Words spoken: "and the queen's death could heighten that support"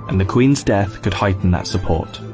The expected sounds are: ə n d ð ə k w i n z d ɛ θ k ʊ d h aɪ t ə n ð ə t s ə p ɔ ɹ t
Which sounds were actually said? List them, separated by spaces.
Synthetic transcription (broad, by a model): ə n ð ə k w i n z d ɛ θ k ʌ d h aɪ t n ð ə t s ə p ɔ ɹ t